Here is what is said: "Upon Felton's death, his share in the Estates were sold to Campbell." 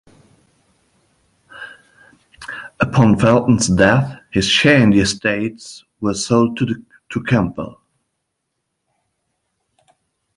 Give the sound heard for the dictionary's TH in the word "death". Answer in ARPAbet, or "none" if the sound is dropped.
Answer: TH